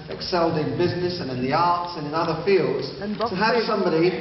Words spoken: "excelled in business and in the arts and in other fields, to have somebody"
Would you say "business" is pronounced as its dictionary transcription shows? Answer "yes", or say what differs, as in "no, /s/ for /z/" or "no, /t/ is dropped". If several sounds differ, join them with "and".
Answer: yes